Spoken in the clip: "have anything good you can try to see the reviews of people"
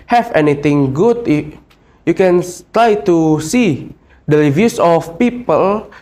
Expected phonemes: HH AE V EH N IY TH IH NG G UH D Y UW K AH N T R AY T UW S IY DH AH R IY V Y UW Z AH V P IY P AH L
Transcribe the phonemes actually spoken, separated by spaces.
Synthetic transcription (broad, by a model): HH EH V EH N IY T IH NG G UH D Y UW K AH N T R AY T UW S IY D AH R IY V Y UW S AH F P IY P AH L